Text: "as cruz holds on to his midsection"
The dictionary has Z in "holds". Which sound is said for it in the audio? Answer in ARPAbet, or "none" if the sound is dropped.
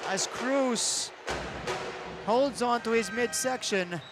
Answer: Z